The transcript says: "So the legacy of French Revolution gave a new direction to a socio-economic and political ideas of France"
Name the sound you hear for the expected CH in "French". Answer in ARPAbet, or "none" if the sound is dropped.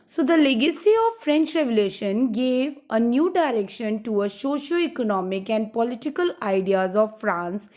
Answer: CH